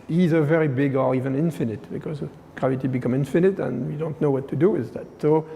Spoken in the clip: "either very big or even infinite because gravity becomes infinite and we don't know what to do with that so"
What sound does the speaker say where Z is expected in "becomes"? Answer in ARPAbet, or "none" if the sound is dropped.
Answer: none